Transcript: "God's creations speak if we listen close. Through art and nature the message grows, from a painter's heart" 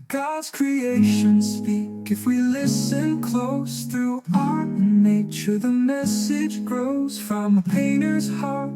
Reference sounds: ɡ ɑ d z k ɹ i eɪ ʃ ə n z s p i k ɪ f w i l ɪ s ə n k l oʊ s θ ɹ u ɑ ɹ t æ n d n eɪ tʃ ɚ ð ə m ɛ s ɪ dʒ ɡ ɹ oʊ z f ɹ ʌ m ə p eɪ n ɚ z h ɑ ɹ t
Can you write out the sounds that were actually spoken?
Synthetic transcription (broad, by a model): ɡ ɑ d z k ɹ i eɪ ʃ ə n s p i k ɪ f w i l ɪ s ə n k l oʊ s θ ɹ u ɑ ɹ t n n eɪ tʃ ɚ ð ə m ɛ s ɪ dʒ ɡ ɹ oʊ z f ɹ ʌ m ə p eɪ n ɚ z h ɑ ɹ t